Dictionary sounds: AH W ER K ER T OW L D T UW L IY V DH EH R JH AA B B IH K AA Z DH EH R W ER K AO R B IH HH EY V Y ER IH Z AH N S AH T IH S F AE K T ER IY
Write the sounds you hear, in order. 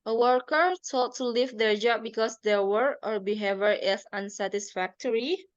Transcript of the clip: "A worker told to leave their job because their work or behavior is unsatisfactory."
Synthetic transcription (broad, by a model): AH W ER K ER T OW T T UW L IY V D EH R JH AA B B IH K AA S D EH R W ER AO R B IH HH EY V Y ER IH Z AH N S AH T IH S F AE K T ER IY